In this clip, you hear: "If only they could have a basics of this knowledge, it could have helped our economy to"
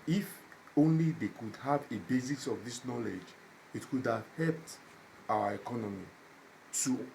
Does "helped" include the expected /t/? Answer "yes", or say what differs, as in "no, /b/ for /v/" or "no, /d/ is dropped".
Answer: yes